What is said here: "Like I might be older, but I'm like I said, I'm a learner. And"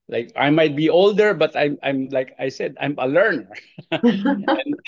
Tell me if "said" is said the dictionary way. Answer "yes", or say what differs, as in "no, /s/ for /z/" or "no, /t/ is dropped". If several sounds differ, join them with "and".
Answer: yes